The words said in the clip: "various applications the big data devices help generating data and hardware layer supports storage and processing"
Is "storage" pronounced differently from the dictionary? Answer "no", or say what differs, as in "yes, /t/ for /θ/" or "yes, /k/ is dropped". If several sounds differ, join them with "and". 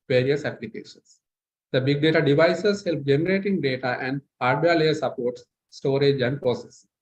no